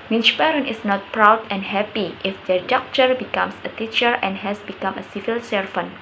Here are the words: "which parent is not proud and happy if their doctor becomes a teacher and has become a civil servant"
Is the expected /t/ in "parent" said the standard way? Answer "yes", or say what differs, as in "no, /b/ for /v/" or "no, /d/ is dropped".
no, /t/ is dropped